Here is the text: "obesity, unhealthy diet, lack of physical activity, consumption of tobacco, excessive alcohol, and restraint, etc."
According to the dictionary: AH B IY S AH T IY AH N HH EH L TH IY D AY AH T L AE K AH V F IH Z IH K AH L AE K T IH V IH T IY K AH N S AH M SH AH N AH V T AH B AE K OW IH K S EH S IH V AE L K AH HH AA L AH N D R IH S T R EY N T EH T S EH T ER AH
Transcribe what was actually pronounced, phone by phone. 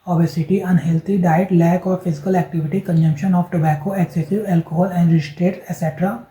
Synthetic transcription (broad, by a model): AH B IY S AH T IY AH N HH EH L T IY D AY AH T L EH K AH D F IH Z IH K AH L AE K T IH V IH T IY K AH N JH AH M SH AH N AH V T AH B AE K OW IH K S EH S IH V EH L K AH HH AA L AH N D R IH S T R EY T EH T S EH T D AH